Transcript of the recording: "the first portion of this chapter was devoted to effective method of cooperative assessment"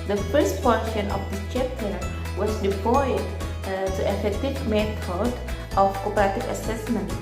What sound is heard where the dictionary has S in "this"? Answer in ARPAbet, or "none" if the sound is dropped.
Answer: none